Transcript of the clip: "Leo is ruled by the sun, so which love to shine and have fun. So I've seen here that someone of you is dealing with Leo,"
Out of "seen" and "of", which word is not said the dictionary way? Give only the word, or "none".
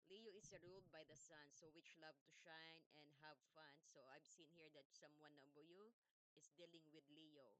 of